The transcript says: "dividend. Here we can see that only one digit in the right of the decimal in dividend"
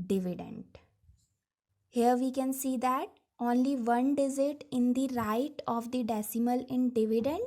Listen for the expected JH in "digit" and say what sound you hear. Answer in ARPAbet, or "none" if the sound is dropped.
Z